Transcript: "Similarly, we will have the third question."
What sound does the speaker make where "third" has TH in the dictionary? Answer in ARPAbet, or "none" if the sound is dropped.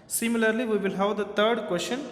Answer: T